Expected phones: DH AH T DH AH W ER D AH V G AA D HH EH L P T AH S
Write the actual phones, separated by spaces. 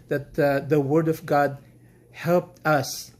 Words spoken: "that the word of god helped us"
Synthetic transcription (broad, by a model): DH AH T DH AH W ER D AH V G AA D HH EH L P T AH S